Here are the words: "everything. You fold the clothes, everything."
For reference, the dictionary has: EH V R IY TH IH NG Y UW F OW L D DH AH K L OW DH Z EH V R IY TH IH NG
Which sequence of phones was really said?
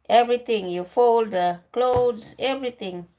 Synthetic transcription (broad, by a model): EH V R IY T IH NG Y UW F OW L D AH K L OW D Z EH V R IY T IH NG